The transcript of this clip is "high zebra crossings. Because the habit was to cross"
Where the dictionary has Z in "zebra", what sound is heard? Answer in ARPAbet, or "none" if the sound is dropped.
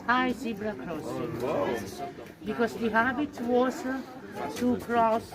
S